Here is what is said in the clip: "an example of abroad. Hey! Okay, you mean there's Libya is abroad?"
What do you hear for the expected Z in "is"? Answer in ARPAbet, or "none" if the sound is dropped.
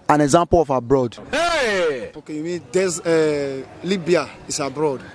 S